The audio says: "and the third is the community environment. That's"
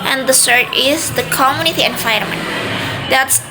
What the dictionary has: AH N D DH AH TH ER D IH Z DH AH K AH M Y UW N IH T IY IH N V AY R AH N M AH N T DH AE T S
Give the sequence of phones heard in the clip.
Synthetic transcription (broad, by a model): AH N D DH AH S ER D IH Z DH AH K AH M Y UW N IH T IY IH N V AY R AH M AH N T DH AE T S